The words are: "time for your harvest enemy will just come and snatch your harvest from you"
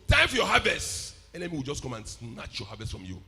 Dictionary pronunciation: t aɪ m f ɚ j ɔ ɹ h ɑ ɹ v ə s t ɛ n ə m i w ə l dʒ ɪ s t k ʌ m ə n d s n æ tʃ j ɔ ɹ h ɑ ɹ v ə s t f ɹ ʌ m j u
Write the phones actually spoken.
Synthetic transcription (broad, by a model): t aɪ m f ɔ j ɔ h ɑ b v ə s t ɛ l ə m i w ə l dʒ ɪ s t k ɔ m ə n s n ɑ tʃ j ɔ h ɑ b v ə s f ɹ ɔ m j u